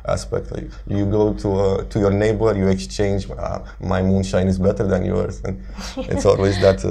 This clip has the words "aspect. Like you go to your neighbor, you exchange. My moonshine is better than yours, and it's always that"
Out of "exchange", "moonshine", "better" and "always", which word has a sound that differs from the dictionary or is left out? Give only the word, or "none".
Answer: none